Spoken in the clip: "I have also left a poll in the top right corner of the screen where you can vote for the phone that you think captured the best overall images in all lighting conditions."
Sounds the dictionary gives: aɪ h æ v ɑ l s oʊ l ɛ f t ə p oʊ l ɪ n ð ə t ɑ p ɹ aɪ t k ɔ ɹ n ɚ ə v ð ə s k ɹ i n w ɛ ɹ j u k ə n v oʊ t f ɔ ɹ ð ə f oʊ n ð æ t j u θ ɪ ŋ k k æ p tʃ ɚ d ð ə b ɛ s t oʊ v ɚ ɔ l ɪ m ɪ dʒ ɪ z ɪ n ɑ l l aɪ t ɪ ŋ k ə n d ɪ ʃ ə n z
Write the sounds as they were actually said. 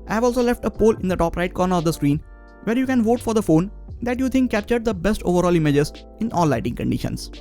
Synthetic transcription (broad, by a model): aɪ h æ v ɑ l s oʊ l ɛ f t ə p oʊ l ɪ n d ə t ɑ p ɹ aɪ t k ɔ ɹ n ɚ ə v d ə s k ɹ i n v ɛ ɹ j u k ə n v oʊ t f ɔ ɹ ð ə f oʊ n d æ t j u t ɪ ŋ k k æ p tʃ ɚ d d ə b ɛ s t oʊ v ɚ ɔ l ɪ m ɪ dʒ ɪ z ɪ n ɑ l l aɪ t ɪ ŋ k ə n d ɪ ʃ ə n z